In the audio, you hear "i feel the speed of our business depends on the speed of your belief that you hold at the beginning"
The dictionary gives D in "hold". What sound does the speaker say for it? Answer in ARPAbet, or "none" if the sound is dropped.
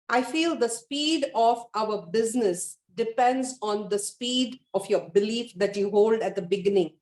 D